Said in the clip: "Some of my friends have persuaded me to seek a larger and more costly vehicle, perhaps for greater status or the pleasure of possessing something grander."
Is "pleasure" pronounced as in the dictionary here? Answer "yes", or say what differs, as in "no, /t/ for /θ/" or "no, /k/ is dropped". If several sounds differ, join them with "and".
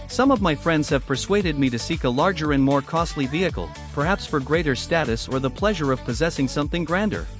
yes